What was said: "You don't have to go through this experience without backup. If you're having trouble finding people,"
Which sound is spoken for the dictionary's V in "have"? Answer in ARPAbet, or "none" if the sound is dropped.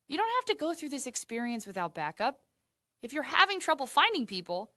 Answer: F